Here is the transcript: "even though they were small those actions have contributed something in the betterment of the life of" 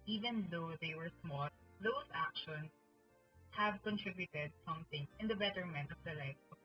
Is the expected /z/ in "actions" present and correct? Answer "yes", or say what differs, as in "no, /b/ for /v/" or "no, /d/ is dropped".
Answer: no, /s/ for /z/